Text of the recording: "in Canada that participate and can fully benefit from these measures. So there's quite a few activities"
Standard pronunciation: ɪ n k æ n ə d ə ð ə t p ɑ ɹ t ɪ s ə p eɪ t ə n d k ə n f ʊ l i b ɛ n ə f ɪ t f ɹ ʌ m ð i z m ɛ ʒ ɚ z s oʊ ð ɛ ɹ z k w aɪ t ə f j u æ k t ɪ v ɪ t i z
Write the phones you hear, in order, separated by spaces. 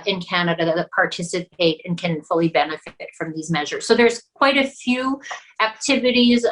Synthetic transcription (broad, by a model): ɪ n k æ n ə d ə ð ə t p ɑ ɹ t ɪ s ə p eɪ t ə n k ə n f ʊ l i b ɛ n ə f ɪ t f ɹ ʌ m ð i z m ɛ ʒ ɚ z s oʊ ð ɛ ɹ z k w aɪ t ə f j u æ k t ɪ v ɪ t i z